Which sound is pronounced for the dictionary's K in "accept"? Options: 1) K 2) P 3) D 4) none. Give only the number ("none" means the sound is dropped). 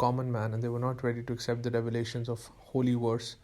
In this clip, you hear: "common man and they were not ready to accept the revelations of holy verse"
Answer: 1